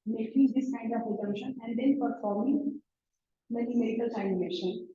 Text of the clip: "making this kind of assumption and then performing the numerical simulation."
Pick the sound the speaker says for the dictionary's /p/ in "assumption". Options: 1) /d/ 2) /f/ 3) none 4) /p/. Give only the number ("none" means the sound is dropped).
3